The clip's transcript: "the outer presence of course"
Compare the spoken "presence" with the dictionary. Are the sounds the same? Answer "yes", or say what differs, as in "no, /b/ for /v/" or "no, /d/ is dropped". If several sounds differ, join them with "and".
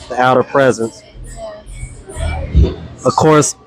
yes